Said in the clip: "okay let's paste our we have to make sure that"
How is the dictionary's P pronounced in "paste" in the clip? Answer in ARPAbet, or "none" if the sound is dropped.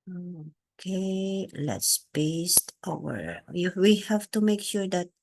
B